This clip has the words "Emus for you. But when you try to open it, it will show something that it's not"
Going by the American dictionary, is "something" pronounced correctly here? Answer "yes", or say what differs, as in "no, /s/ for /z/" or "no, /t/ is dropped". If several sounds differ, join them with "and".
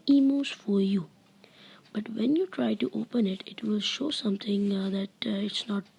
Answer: no, /t/ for /θ/